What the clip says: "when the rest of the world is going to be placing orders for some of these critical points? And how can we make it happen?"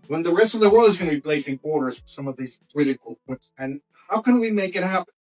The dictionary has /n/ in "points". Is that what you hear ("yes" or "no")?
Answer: no